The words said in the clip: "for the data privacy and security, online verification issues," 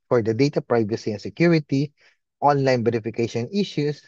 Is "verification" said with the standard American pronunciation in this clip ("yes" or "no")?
no